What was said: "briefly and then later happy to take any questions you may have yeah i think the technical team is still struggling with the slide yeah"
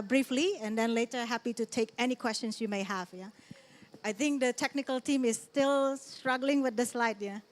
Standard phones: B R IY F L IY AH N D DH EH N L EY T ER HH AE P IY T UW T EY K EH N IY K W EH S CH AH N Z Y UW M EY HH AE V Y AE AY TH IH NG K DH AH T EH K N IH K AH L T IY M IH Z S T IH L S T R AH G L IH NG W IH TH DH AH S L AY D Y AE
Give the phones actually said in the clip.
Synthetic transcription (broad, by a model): B R IY F L IY AH N D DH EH N L EY T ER HH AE P IY T UW T EY K EH N IY K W EH S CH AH N S Y UW M EY HH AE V Y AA AY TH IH NG K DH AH T EH K N IH K AH L T IY M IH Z S T IH L S T R AH G L IH NG W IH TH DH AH S L AY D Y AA